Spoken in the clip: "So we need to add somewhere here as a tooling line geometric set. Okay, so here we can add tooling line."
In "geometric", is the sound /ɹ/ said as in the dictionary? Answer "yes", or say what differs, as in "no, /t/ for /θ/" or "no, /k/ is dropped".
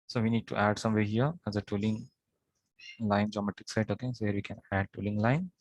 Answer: no, /ɹ/ is dropped